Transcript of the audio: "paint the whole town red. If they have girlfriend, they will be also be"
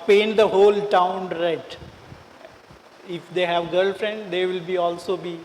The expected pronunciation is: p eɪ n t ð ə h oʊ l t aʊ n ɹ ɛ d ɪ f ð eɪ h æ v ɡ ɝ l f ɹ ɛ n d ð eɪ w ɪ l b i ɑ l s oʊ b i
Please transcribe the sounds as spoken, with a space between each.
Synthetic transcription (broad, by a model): p eɪ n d ə h oʊ l t aʊ n ɹ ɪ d ɪ f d eɪ h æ v ɡ ɝ l f ɹ ɛ n d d eɪ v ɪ l b i ɑ l s oʊ b i